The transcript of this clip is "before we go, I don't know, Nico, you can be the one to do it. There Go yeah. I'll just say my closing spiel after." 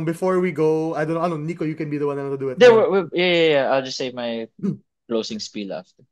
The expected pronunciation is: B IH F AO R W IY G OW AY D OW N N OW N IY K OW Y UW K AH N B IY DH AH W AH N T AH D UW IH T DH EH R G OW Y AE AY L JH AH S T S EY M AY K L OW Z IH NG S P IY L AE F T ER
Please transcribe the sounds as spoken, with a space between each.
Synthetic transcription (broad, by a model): B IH F AO R W IY G OW AY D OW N N OW N IY K OW Y UW K AH N B IY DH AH W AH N T AH D UW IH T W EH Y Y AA Y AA AY L JH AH S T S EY M AY K L OW S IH NG S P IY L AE F T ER